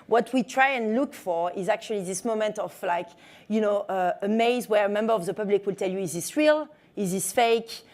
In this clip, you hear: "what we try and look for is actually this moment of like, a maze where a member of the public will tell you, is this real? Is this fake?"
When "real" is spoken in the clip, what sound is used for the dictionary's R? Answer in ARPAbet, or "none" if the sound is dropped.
R